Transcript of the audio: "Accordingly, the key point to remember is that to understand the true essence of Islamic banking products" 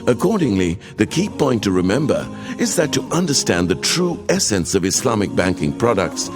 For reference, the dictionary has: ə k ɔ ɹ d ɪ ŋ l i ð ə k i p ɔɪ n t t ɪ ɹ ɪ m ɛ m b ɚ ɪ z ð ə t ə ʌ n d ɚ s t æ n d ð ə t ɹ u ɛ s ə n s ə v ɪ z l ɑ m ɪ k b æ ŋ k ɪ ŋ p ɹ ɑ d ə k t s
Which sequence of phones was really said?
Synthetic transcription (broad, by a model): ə k ɔ ɹ d ɪ ŋ l i ð ə k i p ɔɪ n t t ɪ ɹ ɪ m ɛ m b ɚ ɪ z ð ə t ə ʌ n d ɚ s t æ n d ð ə t ɹ u ɛ s ə n s ə v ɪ s l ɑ m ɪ k b æ ŋ k ɪ ŋ p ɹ ɑ d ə k t s